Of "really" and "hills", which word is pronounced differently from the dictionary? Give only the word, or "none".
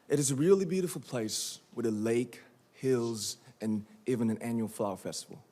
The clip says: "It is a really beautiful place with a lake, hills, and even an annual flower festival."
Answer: none